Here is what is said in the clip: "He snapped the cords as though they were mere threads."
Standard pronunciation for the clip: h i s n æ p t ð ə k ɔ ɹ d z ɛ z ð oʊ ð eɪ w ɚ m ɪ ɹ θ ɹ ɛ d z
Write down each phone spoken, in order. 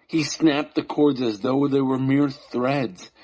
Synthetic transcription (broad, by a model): h i s n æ p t ð ə k ɔ ɹ d z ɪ z ð oʊ ð eɪ w ɚ m ɪ ɹ θ ɹ ɛ d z